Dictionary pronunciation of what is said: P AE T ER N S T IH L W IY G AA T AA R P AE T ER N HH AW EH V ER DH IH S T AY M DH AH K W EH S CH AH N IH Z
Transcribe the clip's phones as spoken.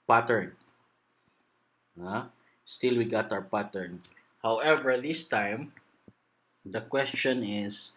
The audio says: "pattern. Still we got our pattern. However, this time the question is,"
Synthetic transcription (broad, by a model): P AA T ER N S T IH L W IY G AA T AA W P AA T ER N HH AW EH V ER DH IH S T AY M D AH K W EH S CH AH N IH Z